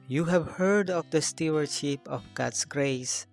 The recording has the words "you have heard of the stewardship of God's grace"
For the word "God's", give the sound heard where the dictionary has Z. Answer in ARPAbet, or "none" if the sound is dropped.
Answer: S